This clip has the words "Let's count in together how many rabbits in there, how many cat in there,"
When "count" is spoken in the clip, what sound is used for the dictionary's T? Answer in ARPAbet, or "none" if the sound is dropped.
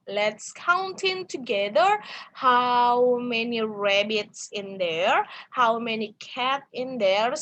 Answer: T